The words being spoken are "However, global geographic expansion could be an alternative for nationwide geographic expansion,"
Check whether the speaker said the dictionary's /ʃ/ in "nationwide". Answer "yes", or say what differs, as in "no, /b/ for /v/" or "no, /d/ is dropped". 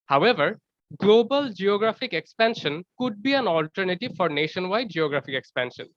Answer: yes